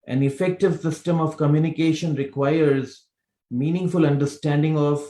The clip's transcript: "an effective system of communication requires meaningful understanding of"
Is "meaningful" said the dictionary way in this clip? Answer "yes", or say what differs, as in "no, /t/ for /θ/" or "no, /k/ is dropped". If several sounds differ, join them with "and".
yes